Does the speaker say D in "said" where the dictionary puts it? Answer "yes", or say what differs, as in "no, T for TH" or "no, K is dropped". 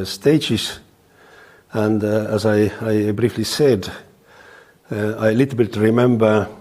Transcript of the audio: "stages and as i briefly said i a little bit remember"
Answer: yes